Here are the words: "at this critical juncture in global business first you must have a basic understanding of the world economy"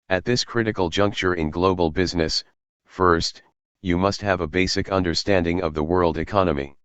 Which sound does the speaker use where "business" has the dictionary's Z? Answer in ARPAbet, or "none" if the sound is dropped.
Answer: Z